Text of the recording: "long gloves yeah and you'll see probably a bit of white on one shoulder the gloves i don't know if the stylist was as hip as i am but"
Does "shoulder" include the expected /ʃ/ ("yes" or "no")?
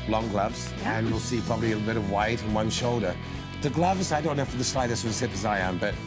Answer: yes